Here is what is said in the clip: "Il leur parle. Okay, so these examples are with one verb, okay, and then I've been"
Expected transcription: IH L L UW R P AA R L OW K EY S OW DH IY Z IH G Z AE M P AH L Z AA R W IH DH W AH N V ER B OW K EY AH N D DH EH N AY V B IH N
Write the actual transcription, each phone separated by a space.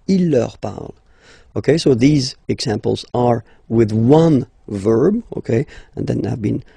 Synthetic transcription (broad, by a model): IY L L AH R P AA R L OW K EY S OW DH IY Z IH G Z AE M P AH L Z AA R W IH DH W AH N V ER B OW K EY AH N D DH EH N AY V B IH N